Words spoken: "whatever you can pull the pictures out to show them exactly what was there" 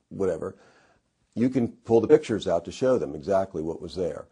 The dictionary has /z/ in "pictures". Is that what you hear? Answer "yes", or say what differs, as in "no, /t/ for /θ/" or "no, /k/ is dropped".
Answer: yes